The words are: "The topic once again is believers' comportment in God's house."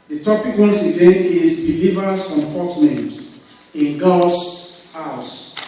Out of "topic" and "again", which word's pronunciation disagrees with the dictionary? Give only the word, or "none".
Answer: again